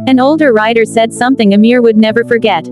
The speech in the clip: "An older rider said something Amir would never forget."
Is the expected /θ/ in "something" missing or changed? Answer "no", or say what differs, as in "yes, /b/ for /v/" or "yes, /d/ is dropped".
no